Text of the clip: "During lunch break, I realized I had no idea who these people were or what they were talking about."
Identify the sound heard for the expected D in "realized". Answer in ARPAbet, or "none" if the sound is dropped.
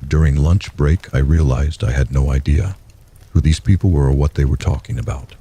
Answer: D